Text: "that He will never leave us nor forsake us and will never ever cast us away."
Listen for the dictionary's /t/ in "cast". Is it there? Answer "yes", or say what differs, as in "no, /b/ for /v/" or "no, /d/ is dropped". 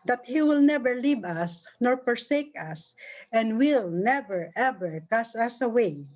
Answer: no, /t/ is dropped